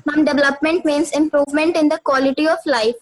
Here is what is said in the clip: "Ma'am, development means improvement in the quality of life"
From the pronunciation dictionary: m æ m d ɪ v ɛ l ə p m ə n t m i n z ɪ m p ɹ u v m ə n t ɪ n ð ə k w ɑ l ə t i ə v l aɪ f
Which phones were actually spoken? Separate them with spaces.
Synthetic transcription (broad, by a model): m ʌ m d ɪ v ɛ l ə p m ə n t m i n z ɪ m p ɹ u v m ə n t ɪ n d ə k w ɑ l ə t i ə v l aɪ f